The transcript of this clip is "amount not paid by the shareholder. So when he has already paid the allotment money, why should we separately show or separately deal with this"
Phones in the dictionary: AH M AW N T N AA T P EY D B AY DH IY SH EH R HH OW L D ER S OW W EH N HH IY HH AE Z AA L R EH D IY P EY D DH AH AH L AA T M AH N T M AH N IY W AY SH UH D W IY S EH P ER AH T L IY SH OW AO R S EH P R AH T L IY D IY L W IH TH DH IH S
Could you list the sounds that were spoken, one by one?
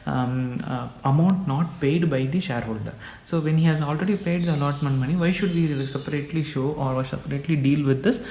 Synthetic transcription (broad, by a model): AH M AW N T N AA T P EY D B AY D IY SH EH R HH OW L D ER S OW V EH N HH IY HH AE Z AA L R EH D IY P EY D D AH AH L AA T M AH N M AH N IY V AY SH UH D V IY S EH P ER AH T L IY SH OW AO R S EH P R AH T L IY D IY L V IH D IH S